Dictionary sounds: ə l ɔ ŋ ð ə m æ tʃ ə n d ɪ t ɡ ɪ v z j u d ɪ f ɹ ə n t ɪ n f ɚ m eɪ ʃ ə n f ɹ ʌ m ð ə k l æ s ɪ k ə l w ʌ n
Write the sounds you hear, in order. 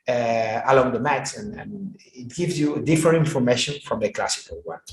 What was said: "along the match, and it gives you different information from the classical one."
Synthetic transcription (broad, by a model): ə l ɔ ŋ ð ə m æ s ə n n ɪ t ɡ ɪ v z j u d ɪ f ɹ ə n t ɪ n f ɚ m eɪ ʃ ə n f ɹ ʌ m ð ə k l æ s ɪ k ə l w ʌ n